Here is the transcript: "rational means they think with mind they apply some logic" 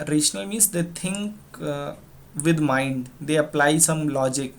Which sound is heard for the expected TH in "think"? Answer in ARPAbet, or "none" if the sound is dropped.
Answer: T